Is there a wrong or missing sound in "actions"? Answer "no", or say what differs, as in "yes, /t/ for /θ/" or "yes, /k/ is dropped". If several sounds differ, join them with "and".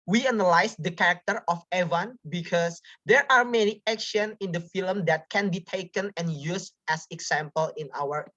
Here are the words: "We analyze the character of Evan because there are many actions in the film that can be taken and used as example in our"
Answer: yes, /z/ is dropped